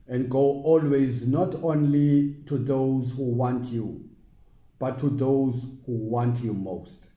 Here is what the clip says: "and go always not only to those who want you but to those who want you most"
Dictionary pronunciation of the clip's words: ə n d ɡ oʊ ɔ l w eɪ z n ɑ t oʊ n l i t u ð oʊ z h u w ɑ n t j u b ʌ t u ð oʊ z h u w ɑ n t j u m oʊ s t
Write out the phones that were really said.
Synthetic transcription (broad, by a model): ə n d ɡ oʊ ɔ l w eɪ z n ɑ t oʊ n l i t u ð oʊ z h u w ɑ n t j u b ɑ t u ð oʊ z h u w ɑ n t j u m oʊ s t